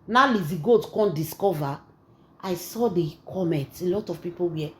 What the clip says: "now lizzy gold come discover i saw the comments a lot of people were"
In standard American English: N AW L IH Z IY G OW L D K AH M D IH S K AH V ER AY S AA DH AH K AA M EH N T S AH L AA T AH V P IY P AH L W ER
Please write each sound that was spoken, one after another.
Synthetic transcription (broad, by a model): N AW L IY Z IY G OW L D K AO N D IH S K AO V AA AY S AA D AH K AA M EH N T AH L AA T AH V P IY P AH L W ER